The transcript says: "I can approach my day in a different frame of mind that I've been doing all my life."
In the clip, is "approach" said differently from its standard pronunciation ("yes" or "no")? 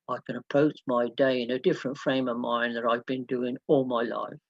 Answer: yes